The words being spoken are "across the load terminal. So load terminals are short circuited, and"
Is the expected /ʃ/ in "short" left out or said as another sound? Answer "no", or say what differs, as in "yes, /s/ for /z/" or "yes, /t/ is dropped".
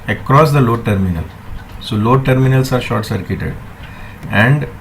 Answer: no